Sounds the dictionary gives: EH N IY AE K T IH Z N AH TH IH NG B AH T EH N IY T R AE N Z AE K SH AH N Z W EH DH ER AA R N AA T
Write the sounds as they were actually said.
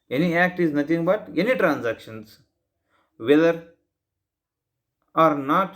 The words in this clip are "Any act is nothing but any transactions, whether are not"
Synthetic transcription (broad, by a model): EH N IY AE K T IH Z N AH T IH NG B AH T EH N IY T R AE N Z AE K SH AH N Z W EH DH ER AA R N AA T